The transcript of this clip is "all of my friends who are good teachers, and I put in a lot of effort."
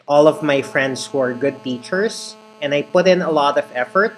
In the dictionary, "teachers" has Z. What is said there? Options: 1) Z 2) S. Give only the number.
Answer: 2